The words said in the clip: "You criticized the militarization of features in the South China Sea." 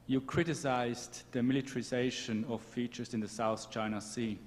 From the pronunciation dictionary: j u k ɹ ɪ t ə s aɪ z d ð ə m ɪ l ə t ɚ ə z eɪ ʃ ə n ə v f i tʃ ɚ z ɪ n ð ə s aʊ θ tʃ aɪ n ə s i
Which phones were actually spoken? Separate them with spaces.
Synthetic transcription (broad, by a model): j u k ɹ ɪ t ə s aɪ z ð ə m ɪ l ə t ɚ ə z eɪ ʃ ə n ə v f i tʃ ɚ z ɪ n ð ə s aʊ θ tʃ aɪ n ə s i